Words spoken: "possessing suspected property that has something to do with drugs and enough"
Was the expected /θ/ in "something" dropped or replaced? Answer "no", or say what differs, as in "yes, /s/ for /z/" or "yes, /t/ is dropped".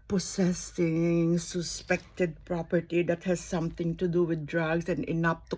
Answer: yes, /t/ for /θ/